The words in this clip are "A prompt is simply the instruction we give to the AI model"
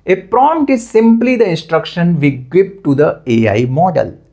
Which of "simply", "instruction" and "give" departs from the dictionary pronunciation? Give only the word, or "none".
give